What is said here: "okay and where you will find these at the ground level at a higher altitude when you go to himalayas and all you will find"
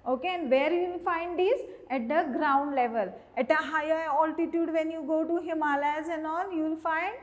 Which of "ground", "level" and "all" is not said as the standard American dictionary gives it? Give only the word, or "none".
all